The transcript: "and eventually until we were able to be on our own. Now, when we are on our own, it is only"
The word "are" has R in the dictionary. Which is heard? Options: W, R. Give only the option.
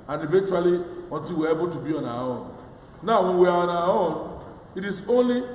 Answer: W